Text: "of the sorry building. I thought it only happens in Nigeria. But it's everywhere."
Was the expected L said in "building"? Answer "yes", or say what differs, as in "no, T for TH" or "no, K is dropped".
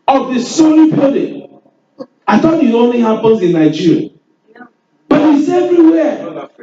no, L is dropped